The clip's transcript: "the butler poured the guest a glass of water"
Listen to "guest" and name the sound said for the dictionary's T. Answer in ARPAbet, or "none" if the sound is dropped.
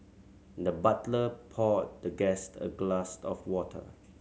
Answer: T